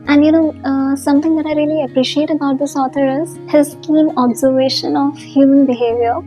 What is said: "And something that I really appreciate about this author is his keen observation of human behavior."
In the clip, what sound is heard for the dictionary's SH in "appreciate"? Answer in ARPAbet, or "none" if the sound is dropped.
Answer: SH